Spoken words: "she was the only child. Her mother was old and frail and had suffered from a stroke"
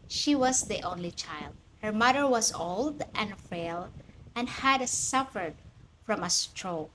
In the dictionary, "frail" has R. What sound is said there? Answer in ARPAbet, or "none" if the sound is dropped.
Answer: none